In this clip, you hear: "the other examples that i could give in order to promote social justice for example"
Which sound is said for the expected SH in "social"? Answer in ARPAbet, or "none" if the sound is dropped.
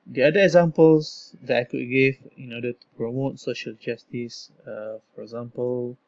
SH